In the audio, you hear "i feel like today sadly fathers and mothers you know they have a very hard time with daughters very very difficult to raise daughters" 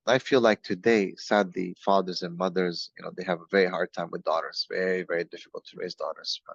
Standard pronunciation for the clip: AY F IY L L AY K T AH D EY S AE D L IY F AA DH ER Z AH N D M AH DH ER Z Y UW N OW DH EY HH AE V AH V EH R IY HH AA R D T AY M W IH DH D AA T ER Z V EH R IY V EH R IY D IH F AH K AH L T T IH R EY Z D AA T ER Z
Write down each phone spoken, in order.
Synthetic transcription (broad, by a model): AY F IY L L AY K T AH D EY S AE D L IY F AA DH ER Z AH N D M AH DH ER Z Y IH N OW DH EY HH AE V AH V EH R IY HH AA R D T AY M W IH DH D AA T ER Z V EH R IY V EH R IY D IH F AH K L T T IH R EY Z D AA T ER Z